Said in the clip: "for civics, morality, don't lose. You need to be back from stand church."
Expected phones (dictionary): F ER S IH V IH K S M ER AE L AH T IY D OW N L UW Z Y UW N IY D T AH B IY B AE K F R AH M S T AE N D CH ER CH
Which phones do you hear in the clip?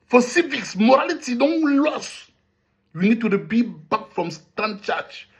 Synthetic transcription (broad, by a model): F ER S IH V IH K S M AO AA L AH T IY D OW N L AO S Y UW N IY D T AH B IY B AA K F R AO M S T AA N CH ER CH